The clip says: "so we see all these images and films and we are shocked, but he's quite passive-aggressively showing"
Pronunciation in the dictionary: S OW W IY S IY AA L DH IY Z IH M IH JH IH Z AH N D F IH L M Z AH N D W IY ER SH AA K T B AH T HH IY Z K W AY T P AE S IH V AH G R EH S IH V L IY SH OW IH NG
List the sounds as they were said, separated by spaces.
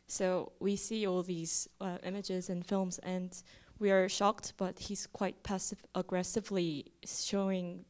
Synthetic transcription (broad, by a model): S OW W IY S IY AA L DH IY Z IH M IH JH IH Z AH N F IH L M Z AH N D W IY ER SH AA K T B AH T HH IY Z K W AY T P AE S IH V AH G R EH S IH V L IY SH OW IH NG